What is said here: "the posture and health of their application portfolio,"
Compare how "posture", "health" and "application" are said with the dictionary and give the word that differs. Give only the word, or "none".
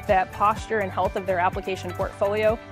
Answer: none